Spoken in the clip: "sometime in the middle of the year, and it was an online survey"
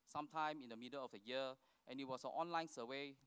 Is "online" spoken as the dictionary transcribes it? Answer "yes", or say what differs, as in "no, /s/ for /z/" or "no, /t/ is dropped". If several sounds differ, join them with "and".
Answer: yes